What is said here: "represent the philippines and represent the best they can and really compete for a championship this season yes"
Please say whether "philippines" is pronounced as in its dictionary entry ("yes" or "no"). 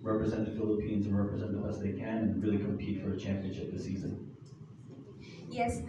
yes